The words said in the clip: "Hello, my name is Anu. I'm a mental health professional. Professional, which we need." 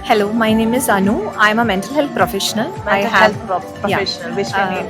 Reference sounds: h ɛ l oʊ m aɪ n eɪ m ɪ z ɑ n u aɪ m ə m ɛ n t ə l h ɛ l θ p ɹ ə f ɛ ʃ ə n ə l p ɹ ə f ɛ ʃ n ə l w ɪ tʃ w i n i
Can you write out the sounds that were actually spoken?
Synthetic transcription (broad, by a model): h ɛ l oʊ m aɪ n eɪ m ɪ z ɑ n u aɪ m ə m ɛ n t ə l h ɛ l t p ɹ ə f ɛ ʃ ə n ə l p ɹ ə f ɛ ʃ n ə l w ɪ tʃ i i